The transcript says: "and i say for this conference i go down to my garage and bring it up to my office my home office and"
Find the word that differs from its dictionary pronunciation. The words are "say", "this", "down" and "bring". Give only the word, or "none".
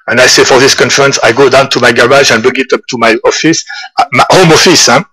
bring